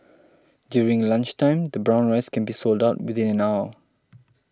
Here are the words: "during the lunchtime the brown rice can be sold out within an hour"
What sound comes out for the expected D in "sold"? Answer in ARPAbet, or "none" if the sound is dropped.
D